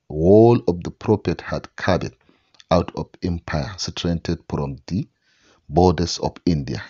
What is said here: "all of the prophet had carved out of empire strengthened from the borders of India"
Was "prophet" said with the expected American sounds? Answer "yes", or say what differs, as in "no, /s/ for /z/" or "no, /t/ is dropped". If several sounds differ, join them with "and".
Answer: no, /p/ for /f/